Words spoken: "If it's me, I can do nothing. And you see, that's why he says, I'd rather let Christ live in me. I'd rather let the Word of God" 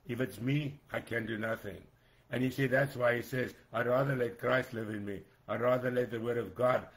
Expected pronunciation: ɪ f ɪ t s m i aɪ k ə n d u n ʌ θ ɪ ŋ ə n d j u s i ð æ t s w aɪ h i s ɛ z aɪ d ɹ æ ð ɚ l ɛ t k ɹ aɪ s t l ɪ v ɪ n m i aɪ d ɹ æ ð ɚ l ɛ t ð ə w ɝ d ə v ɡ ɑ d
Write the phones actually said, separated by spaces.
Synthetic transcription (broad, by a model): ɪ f ɪ t s m i aɪ k ə n d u n ʌ θ ɪ ŋ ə n j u s i ð æ t s w aɪ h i s ɛ z aɪ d ɹ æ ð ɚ l ɛ t k ɹ aɪ s t l ɪ v ɪ n m i aɪ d ɹ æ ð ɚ l ɛ t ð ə w ɝ d ə v ɡ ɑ d